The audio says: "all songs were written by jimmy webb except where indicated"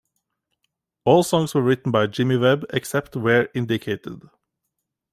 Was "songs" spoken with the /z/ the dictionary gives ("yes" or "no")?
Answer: no